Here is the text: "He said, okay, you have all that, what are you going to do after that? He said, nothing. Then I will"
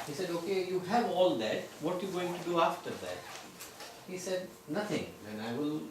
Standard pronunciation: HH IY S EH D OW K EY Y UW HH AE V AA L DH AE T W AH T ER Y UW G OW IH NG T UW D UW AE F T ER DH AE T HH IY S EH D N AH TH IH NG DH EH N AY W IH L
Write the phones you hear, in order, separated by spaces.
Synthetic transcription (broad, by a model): HH IY S EH D OW K EY Y UW HH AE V AA L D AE T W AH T Y UW G OW IH NG T UW D UW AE F T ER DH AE T HH IY S EH D N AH T IH NG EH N AY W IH L